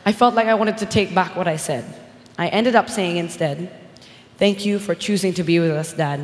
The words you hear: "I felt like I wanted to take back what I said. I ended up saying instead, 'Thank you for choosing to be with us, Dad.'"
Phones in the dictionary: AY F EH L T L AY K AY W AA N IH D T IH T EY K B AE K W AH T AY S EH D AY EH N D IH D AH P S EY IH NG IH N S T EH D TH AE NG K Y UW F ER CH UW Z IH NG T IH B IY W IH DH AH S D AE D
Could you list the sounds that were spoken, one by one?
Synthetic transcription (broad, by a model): AY F EH L T L AY K AY W AA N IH D T IH T EY K B AE K W AH T AY S EH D AY EH N D IH D AH P S EY IH NG IH N S T EH D TH AE NG K Y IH F ER CH UW Z IH NG T IH B IY W IH DH AH S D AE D